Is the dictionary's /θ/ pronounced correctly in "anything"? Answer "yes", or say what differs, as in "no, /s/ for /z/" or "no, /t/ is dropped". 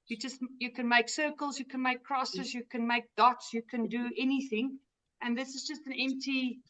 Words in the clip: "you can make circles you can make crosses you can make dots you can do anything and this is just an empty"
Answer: yes